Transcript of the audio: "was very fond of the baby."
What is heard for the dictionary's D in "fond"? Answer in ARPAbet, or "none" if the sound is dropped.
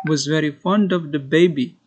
D